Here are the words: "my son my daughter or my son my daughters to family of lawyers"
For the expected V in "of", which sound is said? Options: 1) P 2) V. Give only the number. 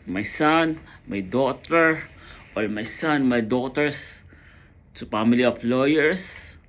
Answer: 1